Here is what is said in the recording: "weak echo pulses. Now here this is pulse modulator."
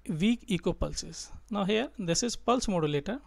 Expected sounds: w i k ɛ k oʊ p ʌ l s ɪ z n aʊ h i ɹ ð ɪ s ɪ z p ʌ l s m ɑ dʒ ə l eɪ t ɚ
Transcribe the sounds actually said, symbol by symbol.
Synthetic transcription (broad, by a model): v i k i k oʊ p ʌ l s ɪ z n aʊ h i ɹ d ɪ s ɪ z p ʌ l s m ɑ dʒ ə l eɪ t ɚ